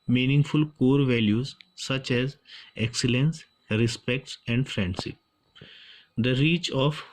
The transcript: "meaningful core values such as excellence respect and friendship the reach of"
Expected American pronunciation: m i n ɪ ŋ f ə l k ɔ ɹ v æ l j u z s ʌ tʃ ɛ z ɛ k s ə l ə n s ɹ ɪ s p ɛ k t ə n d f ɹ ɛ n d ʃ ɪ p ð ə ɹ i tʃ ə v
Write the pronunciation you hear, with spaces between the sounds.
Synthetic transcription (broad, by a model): m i n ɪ ŋ f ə l k ɔ ɹ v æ l j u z s ʌ tʃ ɛ z ɛ k s ə l ə n s ɹ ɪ s p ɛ k t ə n d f ɹ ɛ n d s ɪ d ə ɹ i tʃ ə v